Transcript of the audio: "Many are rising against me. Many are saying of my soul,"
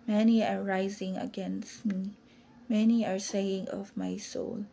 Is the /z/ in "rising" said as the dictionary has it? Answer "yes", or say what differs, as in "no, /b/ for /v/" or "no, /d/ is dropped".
yes